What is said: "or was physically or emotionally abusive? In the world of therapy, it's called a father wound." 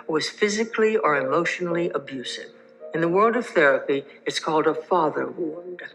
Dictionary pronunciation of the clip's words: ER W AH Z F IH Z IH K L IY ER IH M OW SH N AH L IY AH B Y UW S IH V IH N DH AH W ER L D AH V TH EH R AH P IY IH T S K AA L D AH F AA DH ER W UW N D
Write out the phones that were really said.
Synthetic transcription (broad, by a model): W AH Z F IH Z IH K L IY ER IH M OW SH N L IY AH B Y UW S IH V IH N DH AH W ER L D AH V TH EH R AH P IY IH T S K AA L D AH F AA DH ER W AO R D